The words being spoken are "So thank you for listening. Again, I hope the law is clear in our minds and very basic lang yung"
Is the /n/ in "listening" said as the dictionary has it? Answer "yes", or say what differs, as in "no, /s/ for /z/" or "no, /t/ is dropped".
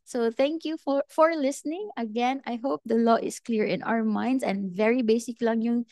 yes